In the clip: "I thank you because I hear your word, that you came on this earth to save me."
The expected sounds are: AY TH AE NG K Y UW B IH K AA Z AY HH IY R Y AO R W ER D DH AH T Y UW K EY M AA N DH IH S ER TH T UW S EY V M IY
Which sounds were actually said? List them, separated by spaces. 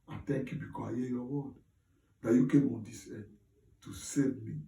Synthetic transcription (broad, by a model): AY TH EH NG K Y UW B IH K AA S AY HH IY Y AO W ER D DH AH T Y UW K EY M AA N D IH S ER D T UW S EY V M IY